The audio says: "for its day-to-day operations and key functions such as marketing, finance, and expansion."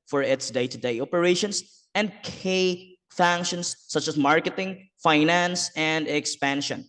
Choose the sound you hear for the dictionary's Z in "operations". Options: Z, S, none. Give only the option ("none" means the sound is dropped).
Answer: S